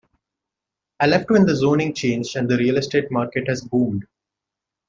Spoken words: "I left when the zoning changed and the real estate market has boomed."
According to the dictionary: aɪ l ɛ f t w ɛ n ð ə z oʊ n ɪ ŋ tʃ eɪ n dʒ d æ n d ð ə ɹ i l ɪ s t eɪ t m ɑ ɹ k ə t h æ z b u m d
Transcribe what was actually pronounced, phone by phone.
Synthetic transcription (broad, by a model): aɪ l ɛ f t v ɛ n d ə z oʊ n ɪ ŋ tʃ eɪ n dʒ æ n d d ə ɹ i l ɪ s t eɪ t m ɑ ɹ k ə t h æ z b u m d